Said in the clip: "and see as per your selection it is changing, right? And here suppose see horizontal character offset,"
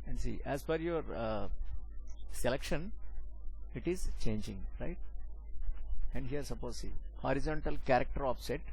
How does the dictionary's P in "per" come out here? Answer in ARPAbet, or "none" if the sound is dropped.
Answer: F